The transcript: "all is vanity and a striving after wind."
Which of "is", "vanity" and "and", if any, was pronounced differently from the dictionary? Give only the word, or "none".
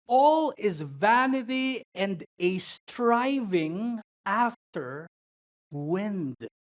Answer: none